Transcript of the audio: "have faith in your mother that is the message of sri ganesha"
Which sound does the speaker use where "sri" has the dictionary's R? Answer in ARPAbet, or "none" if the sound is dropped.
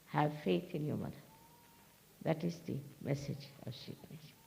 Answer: none